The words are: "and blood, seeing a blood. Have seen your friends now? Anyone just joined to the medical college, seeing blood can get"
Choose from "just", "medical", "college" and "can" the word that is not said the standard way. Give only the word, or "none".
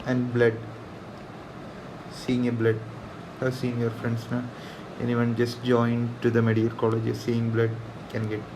medical